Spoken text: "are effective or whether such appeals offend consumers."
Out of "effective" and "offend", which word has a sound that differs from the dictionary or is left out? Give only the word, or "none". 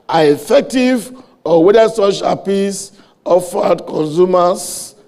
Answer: offend